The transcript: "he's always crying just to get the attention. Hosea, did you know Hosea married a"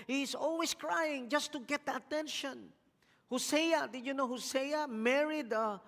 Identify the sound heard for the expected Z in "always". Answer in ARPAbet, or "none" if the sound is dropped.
S